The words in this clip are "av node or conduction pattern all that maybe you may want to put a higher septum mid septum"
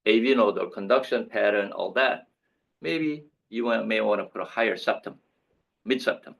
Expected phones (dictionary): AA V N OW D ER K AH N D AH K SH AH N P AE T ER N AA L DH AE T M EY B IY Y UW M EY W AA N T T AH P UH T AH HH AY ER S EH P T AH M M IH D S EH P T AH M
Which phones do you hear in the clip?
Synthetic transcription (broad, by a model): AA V N OW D ER K AH N D AH K SH AH N P AE T ER N AA L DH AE T M EY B IY Y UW M EY W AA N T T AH P UH T AH HH AY ER S EH P T AH M M IH D S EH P T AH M